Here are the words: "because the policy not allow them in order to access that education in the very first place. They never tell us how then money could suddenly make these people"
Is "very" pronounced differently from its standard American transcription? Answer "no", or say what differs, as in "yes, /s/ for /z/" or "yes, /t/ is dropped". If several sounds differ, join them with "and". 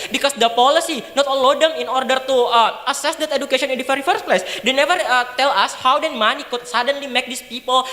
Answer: yes, /f/ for /v/